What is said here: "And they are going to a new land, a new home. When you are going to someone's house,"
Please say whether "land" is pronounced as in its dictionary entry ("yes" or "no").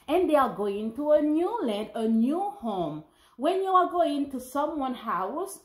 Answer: yes